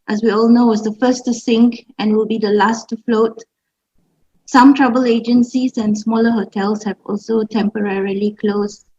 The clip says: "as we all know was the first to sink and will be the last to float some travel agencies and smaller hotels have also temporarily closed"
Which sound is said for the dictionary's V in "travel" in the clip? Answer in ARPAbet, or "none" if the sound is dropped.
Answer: B